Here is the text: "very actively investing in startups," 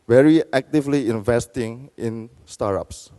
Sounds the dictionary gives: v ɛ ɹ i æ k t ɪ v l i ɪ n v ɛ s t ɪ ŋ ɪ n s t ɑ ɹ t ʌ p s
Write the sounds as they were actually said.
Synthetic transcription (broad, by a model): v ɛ ɹ i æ k t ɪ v l i ɪ n v ɛ s t ɪ ŋ ɪ n s t ɑ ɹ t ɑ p s